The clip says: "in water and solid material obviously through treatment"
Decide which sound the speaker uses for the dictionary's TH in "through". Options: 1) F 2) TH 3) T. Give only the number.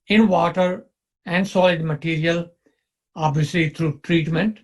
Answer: 3